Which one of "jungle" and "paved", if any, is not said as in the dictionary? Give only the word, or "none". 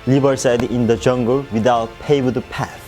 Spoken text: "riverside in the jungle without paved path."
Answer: paved